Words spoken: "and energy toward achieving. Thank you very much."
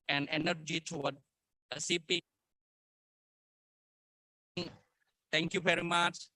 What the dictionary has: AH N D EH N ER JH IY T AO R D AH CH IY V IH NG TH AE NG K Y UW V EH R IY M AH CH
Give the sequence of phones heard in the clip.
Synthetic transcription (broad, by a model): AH N D EH N ER JH IY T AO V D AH S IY P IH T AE NG K Y UW V EH R IY M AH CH